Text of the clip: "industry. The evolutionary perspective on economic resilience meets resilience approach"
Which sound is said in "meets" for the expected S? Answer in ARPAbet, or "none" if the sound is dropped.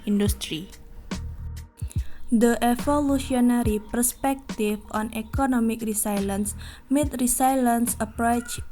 none